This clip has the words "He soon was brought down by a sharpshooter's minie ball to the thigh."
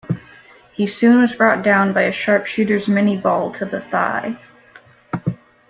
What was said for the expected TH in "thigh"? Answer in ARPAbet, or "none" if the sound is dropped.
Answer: TH